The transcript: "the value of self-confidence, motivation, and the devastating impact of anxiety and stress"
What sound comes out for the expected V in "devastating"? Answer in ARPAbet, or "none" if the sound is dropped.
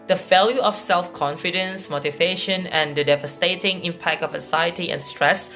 V